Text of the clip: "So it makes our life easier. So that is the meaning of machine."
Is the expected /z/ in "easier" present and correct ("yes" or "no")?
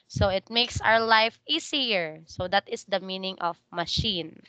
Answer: no